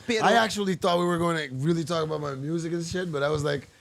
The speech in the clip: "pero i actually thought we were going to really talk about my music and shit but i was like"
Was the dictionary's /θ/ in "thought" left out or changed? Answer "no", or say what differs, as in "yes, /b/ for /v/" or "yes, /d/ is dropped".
no